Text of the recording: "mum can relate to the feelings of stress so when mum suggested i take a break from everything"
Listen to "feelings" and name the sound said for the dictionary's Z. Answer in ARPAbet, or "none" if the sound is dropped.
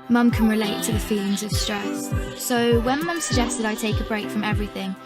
Z